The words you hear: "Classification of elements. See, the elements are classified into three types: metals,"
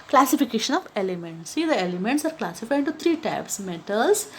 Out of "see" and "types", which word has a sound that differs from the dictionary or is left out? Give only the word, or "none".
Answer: none